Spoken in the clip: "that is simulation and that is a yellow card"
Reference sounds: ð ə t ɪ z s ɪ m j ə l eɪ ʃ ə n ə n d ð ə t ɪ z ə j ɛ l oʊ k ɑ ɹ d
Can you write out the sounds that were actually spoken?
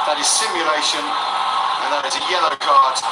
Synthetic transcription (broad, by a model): ð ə t ɪ z s ɪ m j ə l eɪ ʃ ə n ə n ð ə t ɪ z ə j ɛ l oʊ k ɑ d